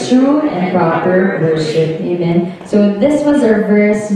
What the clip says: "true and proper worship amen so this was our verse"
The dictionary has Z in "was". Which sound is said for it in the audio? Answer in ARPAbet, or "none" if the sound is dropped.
Z